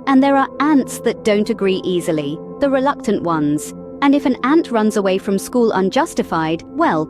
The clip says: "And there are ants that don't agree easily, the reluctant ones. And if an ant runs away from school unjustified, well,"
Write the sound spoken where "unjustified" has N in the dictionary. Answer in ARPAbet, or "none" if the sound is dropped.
N